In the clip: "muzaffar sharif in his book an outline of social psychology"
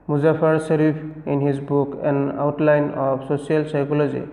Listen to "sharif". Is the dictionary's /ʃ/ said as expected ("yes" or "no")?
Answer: no